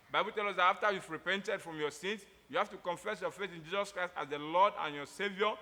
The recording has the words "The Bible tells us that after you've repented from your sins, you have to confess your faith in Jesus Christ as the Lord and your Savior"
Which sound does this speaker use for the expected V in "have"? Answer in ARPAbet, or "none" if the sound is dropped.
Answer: F